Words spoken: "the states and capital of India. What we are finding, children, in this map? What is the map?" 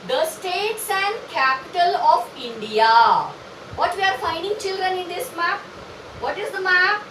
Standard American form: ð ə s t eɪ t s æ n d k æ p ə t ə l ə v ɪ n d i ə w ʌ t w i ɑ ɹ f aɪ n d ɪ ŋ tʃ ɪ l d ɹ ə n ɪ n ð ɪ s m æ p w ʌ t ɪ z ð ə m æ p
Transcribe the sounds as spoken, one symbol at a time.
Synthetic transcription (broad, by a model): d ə s t eɪ t s æ n d k æ p ə t ə l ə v ɪ n d i ə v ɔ t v i ɑ ɹ f aɪ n d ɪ ŋ tʃ ɪ l d ɹ ə n ɪ n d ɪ s m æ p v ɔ t ɪ z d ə m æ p